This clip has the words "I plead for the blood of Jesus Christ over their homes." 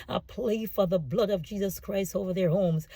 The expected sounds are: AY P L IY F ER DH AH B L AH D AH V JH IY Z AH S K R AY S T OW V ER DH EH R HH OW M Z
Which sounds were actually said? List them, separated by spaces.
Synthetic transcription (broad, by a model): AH P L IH F ER DH AH B L AH D AH V JH IY Z AH S K R AY S T OW V ER DH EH R HH OW M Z